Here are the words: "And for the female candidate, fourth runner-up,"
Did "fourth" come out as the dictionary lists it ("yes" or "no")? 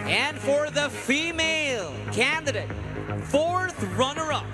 yes